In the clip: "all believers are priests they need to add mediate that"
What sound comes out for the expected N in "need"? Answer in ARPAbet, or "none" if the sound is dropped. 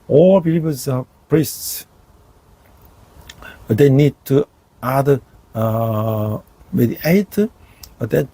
N